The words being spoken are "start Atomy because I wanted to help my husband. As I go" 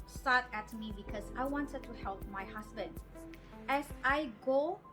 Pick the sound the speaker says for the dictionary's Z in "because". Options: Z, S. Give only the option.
S